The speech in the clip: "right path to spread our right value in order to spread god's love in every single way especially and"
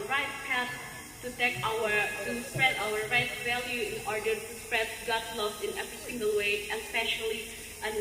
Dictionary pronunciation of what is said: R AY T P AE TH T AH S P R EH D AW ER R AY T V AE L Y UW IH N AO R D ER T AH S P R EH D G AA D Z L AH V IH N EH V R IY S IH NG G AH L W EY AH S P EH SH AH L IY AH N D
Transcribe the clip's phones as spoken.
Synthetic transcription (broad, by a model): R AY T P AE T T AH S P R EH D AW ER R AY T V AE L Y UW IH N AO R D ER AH S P R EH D G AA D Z L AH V IH N EH V R IY S IH NG G AH L W EY AH S P EH SH AH L IY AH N